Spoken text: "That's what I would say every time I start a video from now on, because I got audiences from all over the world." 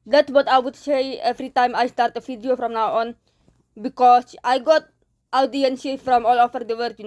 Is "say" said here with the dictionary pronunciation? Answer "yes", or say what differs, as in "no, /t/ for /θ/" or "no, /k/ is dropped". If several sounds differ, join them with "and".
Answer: yes